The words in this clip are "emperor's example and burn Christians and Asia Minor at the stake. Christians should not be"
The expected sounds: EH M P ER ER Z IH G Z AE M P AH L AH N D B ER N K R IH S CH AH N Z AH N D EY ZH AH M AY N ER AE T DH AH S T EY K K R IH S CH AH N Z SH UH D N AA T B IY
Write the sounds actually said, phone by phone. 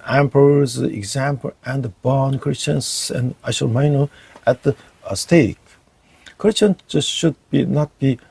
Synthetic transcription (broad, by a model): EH M P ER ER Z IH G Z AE M P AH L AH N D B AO N K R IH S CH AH N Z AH N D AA SH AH M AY N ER AE T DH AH S T EY K K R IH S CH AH N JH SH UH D N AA T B IY